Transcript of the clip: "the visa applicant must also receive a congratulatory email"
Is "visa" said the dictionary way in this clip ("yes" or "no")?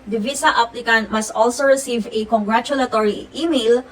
no